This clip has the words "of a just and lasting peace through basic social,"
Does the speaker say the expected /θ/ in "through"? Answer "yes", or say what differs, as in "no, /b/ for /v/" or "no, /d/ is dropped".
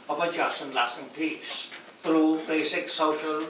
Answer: no, /t/ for /θ/